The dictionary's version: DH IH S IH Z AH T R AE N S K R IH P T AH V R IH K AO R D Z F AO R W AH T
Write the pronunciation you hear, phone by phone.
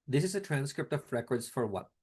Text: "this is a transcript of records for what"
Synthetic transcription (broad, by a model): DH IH S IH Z AH T R AE N S K R IH P T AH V R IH K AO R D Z F AO R W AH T